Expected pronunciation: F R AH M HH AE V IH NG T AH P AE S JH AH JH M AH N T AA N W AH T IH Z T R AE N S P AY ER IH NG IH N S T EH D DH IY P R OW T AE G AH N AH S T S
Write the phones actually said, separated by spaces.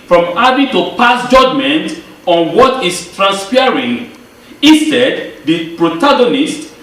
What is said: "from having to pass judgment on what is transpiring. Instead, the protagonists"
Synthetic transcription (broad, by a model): F R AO M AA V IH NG T AH P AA S JH AH JH M AH N T AA N W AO T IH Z T R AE N S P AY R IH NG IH S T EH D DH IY P R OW T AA G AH N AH S T